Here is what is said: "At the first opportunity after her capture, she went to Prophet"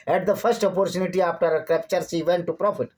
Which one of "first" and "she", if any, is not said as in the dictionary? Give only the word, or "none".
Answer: she